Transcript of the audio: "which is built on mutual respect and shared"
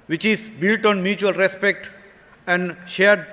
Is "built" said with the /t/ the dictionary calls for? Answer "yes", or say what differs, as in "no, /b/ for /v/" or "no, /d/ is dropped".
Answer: yes